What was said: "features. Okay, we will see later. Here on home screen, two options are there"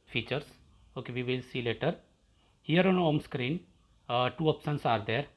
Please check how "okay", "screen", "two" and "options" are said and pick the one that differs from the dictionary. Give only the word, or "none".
options